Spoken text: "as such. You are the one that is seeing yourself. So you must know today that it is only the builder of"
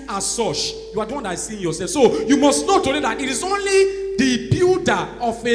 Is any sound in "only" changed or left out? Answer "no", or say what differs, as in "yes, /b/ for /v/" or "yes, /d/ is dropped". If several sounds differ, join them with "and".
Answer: no